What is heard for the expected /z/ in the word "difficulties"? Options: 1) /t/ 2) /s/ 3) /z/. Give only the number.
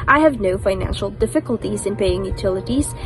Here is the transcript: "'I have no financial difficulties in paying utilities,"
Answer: 3